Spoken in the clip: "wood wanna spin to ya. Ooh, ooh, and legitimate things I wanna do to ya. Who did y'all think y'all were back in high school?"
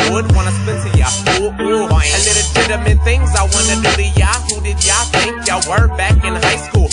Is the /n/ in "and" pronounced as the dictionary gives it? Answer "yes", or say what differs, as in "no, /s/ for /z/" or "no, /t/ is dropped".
no, /l/ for /n/